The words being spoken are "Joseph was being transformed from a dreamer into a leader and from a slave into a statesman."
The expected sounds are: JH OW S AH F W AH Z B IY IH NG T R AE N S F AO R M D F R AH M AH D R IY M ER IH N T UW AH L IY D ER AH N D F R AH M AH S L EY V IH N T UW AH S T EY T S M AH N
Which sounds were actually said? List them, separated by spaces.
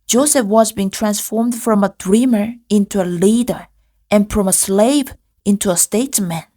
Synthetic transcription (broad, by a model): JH OW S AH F W AH Z B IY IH NG T R AE N S F AO R M D F R AH M AH D R IY M ER IH N T UW AH L IY D ER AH N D F R AH M AH S L EY V IH N T UW AH S T EY T S M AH N